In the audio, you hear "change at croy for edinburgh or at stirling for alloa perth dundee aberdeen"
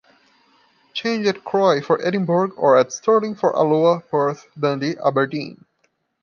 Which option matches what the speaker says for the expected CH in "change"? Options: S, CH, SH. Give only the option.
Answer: CH